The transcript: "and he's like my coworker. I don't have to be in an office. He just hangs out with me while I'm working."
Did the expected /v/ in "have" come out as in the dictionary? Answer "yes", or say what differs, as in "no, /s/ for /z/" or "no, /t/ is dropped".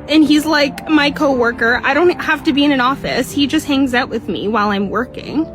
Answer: no, /f/ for /v/